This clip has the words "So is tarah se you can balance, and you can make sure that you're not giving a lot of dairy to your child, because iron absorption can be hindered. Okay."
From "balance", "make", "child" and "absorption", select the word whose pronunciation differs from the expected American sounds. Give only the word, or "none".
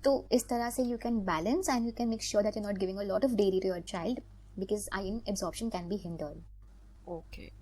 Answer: none